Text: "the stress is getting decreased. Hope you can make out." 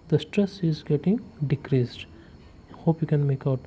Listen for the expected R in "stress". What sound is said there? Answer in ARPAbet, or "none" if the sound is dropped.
R